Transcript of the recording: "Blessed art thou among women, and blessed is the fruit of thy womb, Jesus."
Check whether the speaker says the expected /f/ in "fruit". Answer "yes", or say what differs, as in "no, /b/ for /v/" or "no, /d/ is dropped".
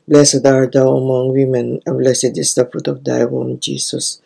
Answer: yes